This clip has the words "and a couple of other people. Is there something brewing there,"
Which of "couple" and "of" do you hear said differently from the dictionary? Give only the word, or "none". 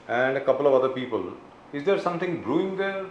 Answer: none